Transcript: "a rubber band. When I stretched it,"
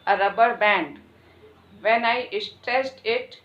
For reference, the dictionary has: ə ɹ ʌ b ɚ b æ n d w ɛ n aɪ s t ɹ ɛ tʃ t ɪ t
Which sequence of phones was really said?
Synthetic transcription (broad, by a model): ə ɹ ʌ b ɚ b æ n d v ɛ n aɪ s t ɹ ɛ s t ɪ t